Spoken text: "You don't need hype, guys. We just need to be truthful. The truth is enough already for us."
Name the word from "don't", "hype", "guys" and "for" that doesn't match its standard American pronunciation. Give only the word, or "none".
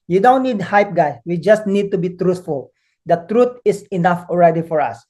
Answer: guys